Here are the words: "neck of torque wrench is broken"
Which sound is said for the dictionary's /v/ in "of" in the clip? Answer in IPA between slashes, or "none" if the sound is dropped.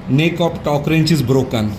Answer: /p/